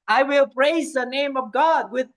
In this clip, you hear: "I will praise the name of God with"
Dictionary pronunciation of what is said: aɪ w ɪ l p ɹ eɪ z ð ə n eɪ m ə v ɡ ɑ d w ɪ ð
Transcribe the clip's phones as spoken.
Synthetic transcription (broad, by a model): aɪ w ɪ l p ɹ eɪ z ð ə n eɪ m ə v ɡ ɑ d w ɪ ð